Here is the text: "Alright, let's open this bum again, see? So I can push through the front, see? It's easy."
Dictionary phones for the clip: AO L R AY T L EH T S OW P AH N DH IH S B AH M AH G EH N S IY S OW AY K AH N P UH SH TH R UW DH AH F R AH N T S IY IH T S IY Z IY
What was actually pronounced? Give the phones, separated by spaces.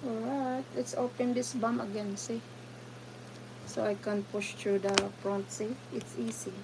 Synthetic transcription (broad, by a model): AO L R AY T L EH T S OW P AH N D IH S B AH M AH G EH N S IY S OW AY K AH N P UH SH T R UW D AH P R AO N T S IY IH T S IY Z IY